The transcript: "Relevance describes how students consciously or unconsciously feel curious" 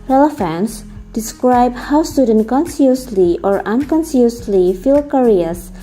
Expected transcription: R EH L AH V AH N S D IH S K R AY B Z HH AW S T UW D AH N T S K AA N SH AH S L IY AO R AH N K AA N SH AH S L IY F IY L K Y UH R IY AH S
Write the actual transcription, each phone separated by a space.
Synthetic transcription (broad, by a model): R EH L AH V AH N S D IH S K R AY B HH AW S T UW D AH N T K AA N S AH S L IY AO R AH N K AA N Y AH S L IY F IY L K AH R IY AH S